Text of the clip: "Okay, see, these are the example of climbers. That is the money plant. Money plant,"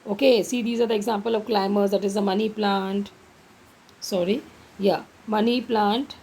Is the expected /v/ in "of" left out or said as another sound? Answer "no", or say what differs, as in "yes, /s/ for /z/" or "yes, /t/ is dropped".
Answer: no